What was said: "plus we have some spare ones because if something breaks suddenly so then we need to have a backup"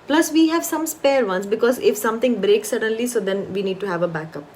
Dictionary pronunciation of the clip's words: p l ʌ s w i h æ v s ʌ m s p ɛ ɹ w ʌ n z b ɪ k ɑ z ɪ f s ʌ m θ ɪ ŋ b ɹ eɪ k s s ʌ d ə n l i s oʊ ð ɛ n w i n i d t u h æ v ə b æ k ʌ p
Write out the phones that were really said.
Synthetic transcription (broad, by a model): p l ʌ s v i h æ v s ʌ m s p ɛ ɹ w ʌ n s b ɪ k ɑ z ɪ f s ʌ m t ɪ ŋ b ɹ eɪ k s s ʌ d ə n l i s oʊ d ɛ n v i n i d t u h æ v ə b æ k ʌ p